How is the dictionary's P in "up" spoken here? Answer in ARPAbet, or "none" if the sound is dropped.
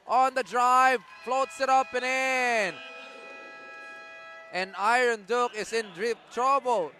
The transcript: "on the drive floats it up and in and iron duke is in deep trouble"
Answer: P